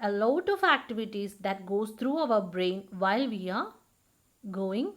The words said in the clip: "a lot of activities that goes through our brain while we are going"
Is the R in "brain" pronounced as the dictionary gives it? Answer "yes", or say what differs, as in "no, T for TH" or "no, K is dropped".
yes